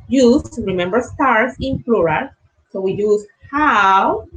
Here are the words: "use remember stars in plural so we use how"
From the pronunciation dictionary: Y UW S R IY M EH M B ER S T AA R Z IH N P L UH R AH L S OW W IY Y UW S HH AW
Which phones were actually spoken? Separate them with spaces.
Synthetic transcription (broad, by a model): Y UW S R IY M EH M B ER S T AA R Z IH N F L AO R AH S OW W IY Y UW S HH AW